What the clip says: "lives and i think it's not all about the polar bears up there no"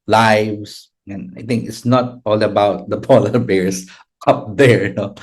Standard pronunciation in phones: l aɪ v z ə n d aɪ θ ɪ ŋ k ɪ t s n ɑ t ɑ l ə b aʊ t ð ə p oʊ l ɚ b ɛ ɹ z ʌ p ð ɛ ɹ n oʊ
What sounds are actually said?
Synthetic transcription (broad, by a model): l aɪ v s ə n aɪ t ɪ ŋ k ɪ t s n ɑ t ɑ l ə b aʊ t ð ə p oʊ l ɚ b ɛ ɹ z ʌ p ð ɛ ɹ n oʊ